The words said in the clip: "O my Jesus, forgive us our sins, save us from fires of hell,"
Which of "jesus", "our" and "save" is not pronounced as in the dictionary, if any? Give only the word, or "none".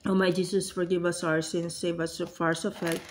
jesus